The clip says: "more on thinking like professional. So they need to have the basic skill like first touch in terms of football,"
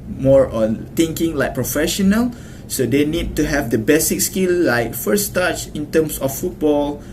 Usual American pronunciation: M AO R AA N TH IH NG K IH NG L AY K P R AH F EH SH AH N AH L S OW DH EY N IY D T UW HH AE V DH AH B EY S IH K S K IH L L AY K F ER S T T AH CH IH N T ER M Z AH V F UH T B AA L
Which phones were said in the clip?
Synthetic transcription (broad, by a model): M AO R AA N T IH NG K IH NG L AY K P R AH F EH SH AH N AH L S OW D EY N IY D T UW HH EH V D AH B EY S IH K S K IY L L AY K F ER S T T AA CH IH N T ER M S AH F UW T B AA L